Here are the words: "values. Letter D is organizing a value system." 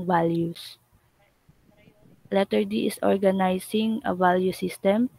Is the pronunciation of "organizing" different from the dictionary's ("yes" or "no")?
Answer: yes